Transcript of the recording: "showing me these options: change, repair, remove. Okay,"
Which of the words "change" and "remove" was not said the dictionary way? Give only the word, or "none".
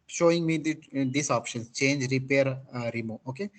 remove